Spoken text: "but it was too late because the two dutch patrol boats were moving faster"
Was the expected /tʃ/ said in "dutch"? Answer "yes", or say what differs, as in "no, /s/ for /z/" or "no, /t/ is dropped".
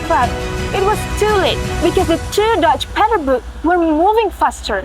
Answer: yes